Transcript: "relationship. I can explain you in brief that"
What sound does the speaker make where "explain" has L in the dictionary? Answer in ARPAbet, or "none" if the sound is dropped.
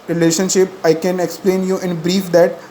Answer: L